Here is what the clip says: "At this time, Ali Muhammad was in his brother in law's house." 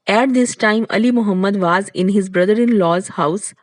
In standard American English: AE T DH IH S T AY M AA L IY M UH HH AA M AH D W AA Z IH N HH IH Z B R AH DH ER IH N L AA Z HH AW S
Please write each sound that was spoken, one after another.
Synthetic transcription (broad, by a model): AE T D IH S T AY M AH L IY M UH HH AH M AH D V AA Z IH N HH IH Z B R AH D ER IH N L AA Z HH AW S